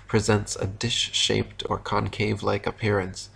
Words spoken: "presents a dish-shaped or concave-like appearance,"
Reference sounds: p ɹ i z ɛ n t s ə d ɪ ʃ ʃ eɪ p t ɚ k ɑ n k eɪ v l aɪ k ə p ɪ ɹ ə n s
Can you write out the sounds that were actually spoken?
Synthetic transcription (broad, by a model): p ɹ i z ɛ n t s ə d ɪ ʃ ʃ eɪ p t ɚ k ɑ n k eɪ v l aɪ k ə p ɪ ɹ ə n s